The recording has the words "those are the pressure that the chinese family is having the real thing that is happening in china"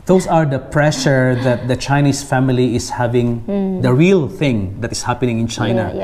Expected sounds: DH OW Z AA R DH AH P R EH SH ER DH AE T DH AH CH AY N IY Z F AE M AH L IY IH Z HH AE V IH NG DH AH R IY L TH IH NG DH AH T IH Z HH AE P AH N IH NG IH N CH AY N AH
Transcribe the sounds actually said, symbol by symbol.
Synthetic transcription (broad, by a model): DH OW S AA R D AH P R EH SH ER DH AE T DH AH CH AY N IY S F AE M AH L IY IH S HH AE V IH NG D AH R IY L TH IH NG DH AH T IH S HH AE P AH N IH NG IH N CH AY N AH